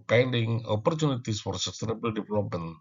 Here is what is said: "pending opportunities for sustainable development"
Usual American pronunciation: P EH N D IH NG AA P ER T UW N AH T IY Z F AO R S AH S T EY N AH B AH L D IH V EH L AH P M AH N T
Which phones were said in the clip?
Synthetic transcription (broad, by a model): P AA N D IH NG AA P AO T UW N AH T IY S F AO R S AH S T EY N AH B AH L D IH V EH L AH P M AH N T